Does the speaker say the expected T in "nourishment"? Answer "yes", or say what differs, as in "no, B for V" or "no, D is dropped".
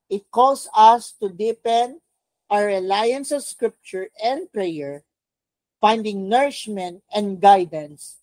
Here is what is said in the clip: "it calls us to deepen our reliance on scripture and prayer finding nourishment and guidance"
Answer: yes